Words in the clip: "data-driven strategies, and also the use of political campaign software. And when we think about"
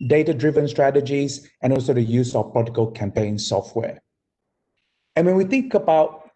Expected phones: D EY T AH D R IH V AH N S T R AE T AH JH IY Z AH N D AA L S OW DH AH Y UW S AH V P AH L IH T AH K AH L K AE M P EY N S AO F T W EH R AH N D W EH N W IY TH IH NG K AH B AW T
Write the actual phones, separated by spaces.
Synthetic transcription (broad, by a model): D EY T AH D R IH V AH N S T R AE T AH JH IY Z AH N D AA L S OW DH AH Y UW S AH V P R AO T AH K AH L K AE M P EY N S AO F T W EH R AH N W EH N W IY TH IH NG K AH B AW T